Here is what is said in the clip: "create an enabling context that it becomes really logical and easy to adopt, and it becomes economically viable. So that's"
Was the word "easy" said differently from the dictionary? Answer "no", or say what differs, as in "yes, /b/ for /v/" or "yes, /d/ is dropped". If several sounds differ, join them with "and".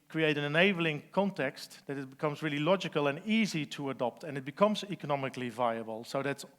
no